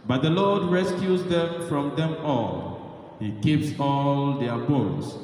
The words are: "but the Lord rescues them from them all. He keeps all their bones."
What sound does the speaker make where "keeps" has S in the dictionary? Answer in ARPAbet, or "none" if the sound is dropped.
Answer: S